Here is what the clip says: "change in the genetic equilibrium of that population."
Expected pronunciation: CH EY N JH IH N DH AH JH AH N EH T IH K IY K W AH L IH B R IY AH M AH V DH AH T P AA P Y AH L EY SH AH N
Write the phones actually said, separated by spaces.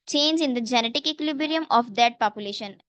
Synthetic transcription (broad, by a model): CH EY N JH IH N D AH JH AH N EH T IH K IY K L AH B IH R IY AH M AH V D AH T P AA P Y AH L EY SH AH N